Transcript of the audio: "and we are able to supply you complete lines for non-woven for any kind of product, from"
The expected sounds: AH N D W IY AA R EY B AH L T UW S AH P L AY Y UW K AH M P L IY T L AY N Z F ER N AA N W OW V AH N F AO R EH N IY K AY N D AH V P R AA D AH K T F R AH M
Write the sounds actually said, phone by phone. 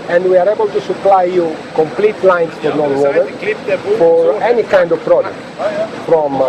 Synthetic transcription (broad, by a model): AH N D W IY AA R EY B AH L T UW S AH P L AY Y UW K AH M P L IY T L AY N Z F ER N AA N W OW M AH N F AO R EH N IY K AY N D AH V P R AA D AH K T F R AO M